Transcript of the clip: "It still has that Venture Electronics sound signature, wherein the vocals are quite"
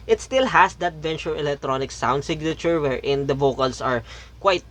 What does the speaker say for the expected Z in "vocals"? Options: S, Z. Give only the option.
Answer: S